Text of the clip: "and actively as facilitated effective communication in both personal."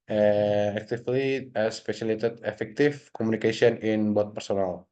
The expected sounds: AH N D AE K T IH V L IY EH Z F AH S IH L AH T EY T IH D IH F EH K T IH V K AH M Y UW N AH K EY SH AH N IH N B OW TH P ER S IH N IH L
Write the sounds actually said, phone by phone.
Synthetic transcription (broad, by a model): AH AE K T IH F L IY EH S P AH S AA L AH T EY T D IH F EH K T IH F K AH M UW N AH K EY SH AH N IH N B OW T P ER S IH N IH L